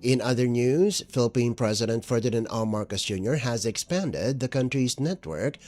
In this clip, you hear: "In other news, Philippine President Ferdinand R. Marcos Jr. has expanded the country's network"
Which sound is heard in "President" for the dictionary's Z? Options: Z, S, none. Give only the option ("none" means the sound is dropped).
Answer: Z